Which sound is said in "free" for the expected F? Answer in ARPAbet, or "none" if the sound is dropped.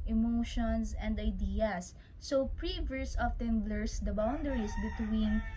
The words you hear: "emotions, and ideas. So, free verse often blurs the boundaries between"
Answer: P